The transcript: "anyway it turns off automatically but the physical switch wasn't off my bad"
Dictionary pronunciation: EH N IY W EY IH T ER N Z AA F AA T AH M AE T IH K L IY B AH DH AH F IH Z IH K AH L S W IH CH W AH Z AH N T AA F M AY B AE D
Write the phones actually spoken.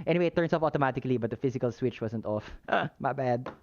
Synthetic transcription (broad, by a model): EH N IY W EY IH T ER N S AA F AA T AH M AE T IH K L IY B AH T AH F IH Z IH K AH L S W IH CH W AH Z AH N T AA F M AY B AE D